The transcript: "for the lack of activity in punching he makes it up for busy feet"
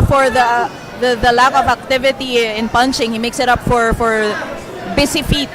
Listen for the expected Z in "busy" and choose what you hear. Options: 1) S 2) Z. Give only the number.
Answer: 1